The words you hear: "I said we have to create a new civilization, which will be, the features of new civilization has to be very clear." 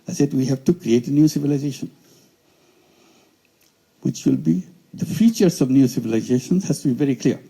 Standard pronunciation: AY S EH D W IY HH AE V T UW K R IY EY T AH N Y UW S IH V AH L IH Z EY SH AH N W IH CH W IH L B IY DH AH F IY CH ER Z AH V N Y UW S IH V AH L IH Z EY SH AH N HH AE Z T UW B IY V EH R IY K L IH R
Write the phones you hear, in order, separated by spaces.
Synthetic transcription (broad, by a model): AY S EH D W IY HH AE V T UW K R IY EY T AH N Y UW S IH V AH L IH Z EY SH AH N W IH CH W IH L B IY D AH F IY CH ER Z AH V N Y UW S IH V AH L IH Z EY SH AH N HH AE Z T UW B IY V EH R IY K L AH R